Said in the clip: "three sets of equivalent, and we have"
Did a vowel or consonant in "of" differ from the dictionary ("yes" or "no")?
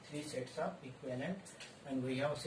yes